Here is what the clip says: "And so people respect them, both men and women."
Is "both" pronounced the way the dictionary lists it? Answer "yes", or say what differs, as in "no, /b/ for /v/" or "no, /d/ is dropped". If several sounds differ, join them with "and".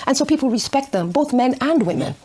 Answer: yes